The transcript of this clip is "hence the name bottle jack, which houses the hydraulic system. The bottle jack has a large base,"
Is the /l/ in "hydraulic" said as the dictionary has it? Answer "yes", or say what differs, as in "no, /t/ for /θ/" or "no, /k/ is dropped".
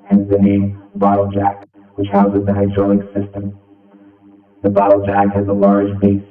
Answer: no, /l/ is dropped